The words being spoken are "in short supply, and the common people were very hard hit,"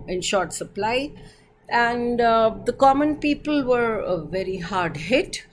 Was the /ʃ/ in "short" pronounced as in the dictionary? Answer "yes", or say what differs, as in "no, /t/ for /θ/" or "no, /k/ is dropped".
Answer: yes